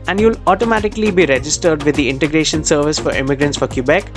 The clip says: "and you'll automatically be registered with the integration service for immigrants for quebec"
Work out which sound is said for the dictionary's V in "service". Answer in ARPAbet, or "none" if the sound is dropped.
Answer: V